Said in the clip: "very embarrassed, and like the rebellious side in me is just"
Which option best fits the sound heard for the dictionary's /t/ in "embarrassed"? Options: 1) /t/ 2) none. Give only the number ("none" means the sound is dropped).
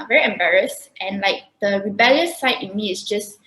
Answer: 1